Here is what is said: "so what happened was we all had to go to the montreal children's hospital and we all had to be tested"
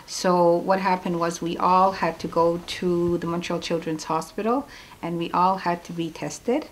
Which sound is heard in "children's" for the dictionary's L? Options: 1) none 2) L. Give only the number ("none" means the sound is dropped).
2